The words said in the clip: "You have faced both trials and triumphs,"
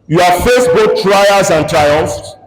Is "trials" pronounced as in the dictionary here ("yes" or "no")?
no